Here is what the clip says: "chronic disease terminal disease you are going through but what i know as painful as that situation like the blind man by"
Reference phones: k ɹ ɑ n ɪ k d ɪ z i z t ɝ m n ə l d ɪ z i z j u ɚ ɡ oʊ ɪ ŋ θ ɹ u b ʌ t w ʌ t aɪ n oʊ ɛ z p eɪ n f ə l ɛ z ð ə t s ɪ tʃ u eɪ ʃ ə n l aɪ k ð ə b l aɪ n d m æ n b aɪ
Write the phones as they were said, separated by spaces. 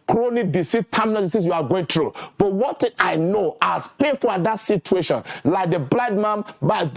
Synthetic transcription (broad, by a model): k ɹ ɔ n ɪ d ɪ s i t t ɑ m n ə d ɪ s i s j u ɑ ɡ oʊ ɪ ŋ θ ɹ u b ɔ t w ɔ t aɪ n oʊ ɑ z p eɪ n f ə l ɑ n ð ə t s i tʃ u eɪ ʃ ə n l aɪ k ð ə b l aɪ d m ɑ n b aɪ